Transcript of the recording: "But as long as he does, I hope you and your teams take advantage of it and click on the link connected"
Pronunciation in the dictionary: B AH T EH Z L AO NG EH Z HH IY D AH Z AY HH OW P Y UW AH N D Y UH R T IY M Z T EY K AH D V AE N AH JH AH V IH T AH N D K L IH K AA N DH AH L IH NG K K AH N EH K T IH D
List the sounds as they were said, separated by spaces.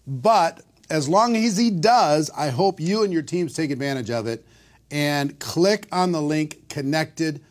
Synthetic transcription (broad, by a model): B AH T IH Z L AO NG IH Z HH IY D AH Z AY HH OW P Y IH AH N Y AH R T IY M Z T EY K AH D V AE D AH JH AH V IH T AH N K L IH K N DH AH L IH NG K K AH N EH K T IH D